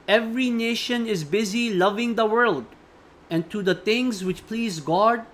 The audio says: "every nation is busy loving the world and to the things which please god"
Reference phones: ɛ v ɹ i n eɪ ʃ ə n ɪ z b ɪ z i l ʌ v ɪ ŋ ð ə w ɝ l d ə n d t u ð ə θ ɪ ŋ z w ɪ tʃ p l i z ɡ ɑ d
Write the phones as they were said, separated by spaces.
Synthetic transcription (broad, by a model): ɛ v ɹ i n eɪ ʃ ə n ɪ z b ɪ z i l ʌ v ɪ ŋ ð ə w ɝ l d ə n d t u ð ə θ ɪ ŋ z w ɪ tʃ p l i z ɡ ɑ d